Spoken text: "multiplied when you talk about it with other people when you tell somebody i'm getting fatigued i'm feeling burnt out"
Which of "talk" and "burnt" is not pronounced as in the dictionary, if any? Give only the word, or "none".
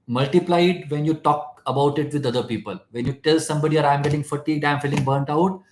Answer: none